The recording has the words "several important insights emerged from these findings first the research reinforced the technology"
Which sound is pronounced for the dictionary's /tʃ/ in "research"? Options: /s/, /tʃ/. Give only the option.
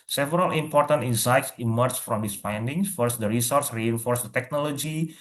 /s/